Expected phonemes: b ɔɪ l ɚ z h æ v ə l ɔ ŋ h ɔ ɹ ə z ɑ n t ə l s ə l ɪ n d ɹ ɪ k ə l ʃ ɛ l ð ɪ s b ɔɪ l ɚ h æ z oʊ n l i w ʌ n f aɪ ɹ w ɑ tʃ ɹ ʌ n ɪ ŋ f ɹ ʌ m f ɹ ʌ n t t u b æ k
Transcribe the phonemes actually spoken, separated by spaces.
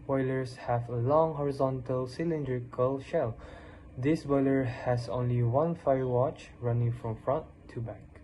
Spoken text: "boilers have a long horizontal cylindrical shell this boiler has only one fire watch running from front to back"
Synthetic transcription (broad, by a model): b ɔɪ l ɚ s h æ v ə l ɔ ŋ h ɔ ɹ ə z ɑ n t ə l s ə l ɪ n d ɹ ɪ k ə l ʃ ɛ l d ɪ s b ɔɪ l ɚ h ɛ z oʊ n l i w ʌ n f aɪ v w ɑ tʃ ɹ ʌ n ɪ ŋ f ɹ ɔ m f ɹ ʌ n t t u b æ k